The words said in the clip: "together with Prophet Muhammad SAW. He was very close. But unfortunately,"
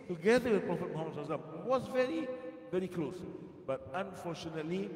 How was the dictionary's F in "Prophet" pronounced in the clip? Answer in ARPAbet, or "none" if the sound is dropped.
F